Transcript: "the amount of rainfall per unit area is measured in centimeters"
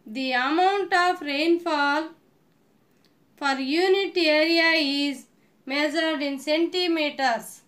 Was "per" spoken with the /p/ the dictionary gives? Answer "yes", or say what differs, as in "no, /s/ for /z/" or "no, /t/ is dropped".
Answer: no, /f/ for /p/